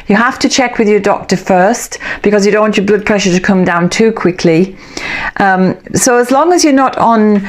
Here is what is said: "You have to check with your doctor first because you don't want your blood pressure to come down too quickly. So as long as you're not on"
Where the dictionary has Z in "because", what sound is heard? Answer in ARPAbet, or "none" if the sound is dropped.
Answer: Z